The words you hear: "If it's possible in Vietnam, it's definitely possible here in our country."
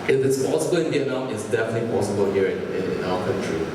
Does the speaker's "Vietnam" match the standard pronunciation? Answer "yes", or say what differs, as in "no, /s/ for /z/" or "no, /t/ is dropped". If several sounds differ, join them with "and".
no, /m/ is dropped